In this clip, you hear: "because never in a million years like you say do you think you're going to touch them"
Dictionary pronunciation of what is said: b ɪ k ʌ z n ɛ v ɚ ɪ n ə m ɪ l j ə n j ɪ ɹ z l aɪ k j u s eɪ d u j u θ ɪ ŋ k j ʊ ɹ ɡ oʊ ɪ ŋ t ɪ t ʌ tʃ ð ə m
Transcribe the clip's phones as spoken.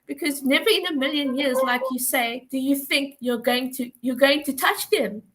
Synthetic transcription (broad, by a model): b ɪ k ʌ z n ɛ v ɚ ɪ n ə m ɪ l j ə n j ɪ ɹ z l aɪ k j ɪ s eɪ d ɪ j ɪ θ ɪ ŋ k j ʊ ɹ ɡ oʊ ɪ ŋ t ɪ t ʌ tʃ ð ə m